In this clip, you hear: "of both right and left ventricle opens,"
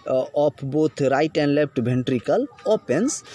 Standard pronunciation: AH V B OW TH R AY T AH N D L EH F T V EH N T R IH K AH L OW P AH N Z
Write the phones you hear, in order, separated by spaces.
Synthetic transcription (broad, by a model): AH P B OW T R AY T AH N D L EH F T B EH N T R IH K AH L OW P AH N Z